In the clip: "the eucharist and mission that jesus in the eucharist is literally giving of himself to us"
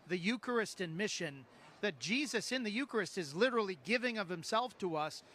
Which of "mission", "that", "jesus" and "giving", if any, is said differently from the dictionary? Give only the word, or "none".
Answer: none